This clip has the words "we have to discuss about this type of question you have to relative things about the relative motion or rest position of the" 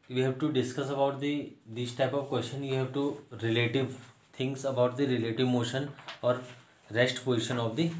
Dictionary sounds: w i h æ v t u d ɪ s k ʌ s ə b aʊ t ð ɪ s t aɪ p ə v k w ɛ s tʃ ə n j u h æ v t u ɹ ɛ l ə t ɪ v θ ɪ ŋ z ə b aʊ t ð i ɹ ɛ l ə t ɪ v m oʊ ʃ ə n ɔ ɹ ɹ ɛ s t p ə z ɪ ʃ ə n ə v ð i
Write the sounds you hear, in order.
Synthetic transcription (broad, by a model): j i h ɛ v t u d ɪ s k ʌ s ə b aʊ t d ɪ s t aɪ p ə v k w ɛ s tʃ ə n j u h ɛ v t u ɹ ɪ l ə t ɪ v t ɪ ŋ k ə b aʊ t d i ɹ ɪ l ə t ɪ v m oʊ ʃ ə n ɔ ɹ ɹ ɛ s t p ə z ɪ ʃ ə n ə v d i